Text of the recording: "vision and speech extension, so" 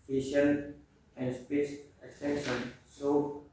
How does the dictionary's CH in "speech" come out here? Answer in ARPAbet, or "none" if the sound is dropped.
S